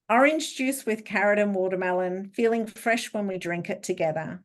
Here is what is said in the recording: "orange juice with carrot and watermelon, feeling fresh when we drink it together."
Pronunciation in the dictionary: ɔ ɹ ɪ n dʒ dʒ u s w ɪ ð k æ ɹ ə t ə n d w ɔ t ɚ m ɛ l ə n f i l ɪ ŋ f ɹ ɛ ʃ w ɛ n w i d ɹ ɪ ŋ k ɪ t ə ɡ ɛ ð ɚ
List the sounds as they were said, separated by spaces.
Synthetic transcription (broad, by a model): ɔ ɹ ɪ n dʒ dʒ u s w ɪ ð k æ ɹ ə t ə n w ɔ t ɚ m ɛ l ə n f i l ɪ ŋ f ɹ ɛ ʃ w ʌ n w i d ɹ ɪ ŋ k ɪ t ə ɡ ɛ ð ɚ